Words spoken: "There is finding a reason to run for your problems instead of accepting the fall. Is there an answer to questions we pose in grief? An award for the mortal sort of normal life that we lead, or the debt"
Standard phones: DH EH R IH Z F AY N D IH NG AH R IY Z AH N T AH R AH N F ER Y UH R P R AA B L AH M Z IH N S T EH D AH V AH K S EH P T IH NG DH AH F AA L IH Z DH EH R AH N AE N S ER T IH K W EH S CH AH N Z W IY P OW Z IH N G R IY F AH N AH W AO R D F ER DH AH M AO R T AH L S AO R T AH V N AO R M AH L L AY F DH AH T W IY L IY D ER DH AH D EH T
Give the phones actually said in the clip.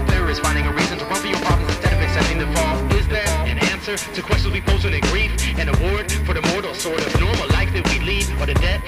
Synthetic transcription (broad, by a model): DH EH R IH Z F AY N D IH NG AH R IY Z AH N T AH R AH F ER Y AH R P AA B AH Z IH N S T EH D AH V AH K S EH P T IH NG DH AH F AA L IH Z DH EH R AH N AE N S ER T IH K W EH S CH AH N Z W IY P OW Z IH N G R IY F AH N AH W AO R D F ER DH AH M AO R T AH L S AO R T AH V N AO R M L L AY F DH AH T W IY L IY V ER DH AH D EH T